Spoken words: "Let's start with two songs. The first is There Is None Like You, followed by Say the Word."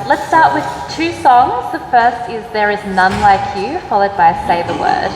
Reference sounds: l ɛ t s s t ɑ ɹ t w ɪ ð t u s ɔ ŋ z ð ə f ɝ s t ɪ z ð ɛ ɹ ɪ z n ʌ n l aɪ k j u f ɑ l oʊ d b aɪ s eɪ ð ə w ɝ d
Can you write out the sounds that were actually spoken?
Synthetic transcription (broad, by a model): l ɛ t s s t ɑ ɹ t w ɪ ð t u s ɔ ŋ z ð ə f ɝ s t ɪ z ð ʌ ɹ ɪ z n ʌ n l aɪ k j u f ɑ l oʊ d b aɪ s eɪ ð ə w ɝ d